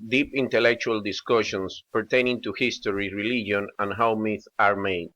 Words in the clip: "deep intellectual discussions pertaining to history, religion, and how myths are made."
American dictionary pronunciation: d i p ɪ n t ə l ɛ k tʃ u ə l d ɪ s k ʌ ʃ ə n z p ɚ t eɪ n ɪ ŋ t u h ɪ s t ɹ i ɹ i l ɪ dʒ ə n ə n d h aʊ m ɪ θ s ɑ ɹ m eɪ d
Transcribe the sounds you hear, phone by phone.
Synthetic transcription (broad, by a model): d i p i n t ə l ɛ k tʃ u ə l d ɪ s k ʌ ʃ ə n s p ɚ t eɪ n ɪ ŋ t u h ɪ s t ɹ i ɹ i l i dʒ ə n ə n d h aʊ m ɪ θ ɑ ɹ m eɪ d